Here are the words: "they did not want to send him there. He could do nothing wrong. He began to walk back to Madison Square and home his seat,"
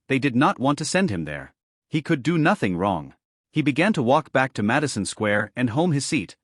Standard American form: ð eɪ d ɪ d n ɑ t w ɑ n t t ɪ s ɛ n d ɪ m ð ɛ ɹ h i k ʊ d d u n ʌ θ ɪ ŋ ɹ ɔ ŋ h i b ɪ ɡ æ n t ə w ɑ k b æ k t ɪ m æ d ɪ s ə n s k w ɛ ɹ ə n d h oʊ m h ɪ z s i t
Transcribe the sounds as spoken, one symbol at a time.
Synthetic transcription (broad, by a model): ð eɪ d ɪ d n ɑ t w ɑ n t t ɪ s ɛ n d ɪ m ð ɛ ɹ h i k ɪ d d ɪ n ʌ θ ɪ ŋ ɹ ɔ ŋ h i b ɪ ɡ æ n t ə w ɑ k b æ k t ɪ m æ d ɪ s ə n s k w ɛ ɹ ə n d h oʊ m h ɪ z s i t